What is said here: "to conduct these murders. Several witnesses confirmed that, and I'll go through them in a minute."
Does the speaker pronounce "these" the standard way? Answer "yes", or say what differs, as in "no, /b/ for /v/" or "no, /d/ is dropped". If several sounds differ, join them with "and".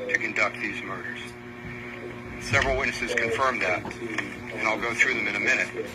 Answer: yes